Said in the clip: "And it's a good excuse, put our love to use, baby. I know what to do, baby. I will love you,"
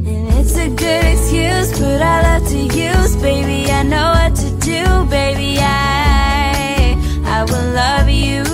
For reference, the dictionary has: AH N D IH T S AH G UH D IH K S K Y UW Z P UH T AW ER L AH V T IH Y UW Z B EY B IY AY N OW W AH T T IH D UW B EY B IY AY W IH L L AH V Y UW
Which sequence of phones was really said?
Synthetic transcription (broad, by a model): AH N IH T S AH G UH D IH K S K Y UW Z B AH T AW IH L AH V T IH Y UW Z B EY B IY AY N OW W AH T T IH D UW B EY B IY AY W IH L L AH V Y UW